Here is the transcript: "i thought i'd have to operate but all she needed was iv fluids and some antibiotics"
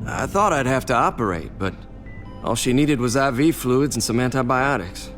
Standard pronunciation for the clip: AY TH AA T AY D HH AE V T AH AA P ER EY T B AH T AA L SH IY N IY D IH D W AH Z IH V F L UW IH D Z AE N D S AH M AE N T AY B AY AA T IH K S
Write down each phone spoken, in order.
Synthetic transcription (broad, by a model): AY TH AA T AY D HH AE F T AH AA P ER EY T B AH T AA L SH IY N IY D IH D W AH Z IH V F L UW D Z N S AH M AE N T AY B AY AA T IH K S